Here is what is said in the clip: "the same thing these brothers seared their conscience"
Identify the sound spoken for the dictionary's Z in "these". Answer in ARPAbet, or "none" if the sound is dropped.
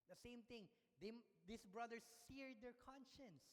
S